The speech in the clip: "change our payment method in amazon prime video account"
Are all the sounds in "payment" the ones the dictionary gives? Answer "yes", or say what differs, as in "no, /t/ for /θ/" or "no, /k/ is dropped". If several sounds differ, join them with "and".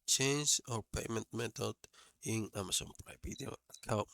yes